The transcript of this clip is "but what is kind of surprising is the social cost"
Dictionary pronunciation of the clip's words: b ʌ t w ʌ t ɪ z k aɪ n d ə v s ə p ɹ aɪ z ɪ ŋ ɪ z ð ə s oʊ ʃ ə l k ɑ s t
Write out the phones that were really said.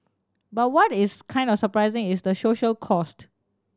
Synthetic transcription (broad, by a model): b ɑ t w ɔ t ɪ s k aɪ n d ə f s ə p ɹ aɪ z ɪ ŋ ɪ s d ə s oʊ ʃ ə l k ɑ s t